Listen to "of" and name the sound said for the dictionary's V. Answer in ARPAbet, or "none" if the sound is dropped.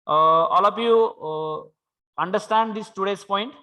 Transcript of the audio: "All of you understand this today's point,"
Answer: P